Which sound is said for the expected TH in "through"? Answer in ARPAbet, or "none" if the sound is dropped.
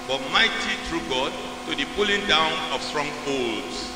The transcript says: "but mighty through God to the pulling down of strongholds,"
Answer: T